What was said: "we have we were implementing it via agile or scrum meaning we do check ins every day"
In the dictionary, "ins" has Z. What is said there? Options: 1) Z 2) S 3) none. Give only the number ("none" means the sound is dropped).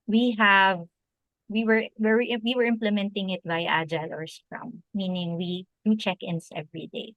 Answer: 2